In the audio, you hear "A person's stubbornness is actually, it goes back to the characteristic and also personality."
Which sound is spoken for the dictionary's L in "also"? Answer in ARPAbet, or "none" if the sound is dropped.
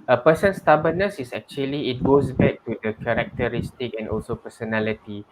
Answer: L